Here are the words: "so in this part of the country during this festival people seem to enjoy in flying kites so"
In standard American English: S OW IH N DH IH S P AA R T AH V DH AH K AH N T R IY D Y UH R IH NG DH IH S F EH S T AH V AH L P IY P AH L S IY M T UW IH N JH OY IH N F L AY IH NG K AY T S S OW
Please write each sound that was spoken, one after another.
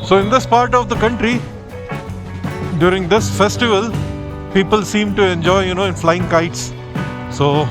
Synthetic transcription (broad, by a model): S OW IH N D IH S P AA R T AH V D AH K AH N T R IY D Y UH R IH NG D IH S F EH S T AH V AH L P IY P AH L S IY M T UW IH N JH OY IH N F L AY IH NG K AY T S S OW